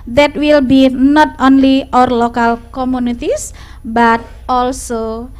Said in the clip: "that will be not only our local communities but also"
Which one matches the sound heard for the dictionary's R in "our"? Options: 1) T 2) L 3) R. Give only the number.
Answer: 3